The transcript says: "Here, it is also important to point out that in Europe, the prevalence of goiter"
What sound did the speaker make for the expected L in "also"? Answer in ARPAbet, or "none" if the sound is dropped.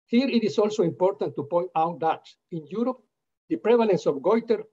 L